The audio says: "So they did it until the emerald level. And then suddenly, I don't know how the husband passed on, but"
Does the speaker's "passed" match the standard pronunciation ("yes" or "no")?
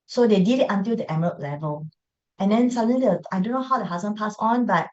no